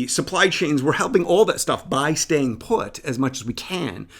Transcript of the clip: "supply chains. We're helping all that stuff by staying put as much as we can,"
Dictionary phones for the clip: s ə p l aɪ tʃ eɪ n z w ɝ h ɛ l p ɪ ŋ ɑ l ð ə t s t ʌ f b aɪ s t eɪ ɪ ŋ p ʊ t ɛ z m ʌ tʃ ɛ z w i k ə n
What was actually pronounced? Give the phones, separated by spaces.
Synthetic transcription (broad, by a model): s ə p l aɪ tʃ eɪ n z w ɝ h ɛ l p ɪ ŋ ɑ l ð ə t s t ʌ f b aɪ s t eɪ ɪ ŋ p ʊ t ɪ z m ʌ tʃ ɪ z w i k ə n